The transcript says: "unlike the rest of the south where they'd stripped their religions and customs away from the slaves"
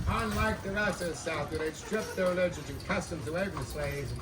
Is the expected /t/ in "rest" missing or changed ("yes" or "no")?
yes